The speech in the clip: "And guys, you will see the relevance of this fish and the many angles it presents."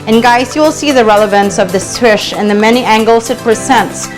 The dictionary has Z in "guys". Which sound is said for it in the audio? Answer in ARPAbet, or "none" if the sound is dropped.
S